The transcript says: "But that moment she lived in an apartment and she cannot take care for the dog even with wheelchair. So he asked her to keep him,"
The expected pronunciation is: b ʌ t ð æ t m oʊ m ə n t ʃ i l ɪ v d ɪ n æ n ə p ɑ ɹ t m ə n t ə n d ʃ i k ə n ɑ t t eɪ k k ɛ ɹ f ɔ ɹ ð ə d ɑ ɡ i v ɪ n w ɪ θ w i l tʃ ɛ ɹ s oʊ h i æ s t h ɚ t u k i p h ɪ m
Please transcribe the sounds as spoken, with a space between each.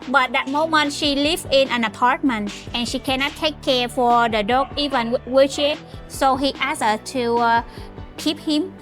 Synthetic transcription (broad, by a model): b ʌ t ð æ t m oʊ m ə n t ʃ i l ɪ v ɪ n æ n ə p ɑ ɹ t m ə n t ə n ʃ i k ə n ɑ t t eɪ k k ɛ ɹ f ɔ ɹ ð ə d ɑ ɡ i v ɪ n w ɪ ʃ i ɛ s oʊ h i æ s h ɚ t u k i p h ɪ m